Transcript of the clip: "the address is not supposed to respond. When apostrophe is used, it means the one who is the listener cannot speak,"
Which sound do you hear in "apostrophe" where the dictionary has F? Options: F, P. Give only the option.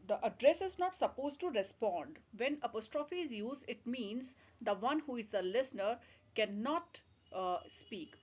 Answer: F